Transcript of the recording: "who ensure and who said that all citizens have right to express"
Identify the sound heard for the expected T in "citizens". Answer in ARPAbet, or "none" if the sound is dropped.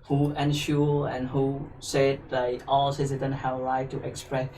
S